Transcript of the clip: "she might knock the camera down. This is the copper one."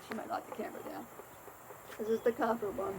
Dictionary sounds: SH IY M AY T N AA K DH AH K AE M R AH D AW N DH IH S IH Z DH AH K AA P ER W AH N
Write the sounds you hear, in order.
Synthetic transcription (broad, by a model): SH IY M AY T L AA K DH AH K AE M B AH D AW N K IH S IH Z DH AH K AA F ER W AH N